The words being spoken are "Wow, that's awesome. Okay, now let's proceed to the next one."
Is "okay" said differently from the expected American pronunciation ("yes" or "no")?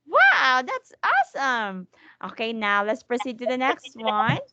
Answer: no